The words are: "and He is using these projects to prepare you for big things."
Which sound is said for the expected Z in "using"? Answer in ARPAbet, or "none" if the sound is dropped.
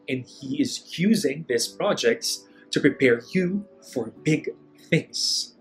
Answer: Z